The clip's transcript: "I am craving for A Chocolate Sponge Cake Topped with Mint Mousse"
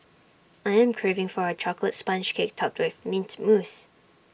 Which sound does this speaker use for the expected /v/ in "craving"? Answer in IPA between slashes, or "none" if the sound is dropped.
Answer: /v/